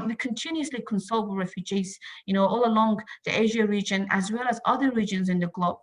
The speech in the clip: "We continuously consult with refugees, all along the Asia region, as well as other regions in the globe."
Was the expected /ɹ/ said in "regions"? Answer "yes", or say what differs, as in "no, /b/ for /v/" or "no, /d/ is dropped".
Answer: yes